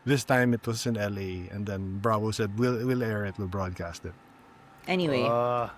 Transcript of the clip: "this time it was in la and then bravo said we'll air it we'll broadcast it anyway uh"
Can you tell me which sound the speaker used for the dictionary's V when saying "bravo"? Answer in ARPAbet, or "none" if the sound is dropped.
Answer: W